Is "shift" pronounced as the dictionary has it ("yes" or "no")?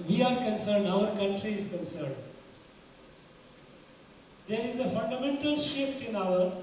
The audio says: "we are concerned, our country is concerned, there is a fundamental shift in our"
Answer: yes